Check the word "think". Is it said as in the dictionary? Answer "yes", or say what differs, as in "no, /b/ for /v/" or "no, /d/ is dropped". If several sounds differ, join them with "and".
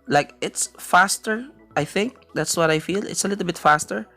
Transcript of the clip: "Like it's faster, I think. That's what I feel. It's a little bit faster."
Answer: yes